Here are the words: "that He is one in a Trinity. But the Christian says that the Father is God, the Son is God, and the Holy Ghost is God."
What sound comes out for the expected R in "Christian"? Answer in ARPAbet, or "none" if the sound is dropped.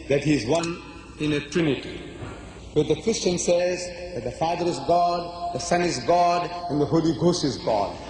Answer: R